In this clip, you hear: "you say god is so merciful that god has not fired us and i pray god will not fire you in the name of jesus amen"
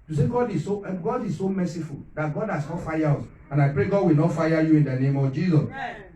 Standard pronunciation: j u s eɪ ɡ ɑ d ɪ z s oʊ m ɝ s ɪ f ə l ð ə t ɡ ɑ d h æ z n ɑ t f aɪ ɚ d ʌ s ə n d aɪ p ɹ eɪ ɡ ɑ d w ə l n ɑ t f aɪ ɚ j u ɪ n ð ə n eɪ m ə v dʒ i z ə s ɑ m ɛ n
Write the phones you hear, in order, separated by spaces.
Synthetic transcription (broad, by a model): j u s eɪ ɡ ɑ d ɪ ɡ s oʊ m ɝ s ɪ f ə l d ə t ɡ ɑ d h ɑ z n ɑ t f aɪ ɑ ɔ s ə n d aɪ p ɹ eɪ ɡ ɑ d w ə l n ɑ t f aɪ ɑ j u ɪ n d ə n eɪ m ə v dʒ i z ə s